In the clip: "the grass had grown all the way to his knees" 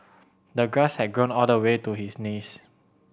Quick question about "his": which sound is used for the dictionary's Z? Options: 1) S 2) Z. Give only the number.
1